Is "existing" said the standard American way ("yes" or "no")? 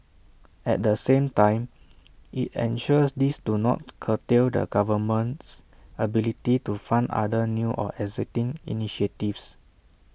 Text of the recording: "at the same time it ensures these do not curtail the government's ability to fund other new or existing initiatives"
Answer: no